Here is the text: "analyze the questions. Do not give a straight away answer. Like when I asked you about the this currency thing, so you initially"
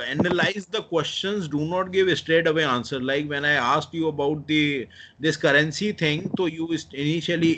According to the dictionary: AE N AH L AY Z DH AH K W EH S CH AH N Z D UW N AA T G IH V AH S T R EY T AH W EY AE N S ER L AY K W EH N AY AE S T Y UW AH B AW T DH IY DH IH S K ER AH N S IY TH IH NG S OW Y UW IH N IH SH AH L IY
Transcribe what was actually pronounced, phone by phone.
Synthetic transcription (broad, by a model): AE N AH L AY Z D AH K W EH S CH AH N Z D UW N AA T G IH V AH S T R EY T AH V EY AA N S ER L AY K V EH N AY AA S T Y UW AH B AW T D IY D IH S K ER AH N S IY T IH NG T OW Y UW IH N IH SH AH L IY